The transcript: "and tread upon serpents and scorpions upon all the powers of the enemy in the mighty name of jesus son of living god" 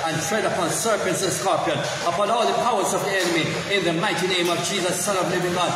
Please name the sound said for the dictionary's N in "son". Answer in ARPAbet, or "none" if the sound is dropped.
L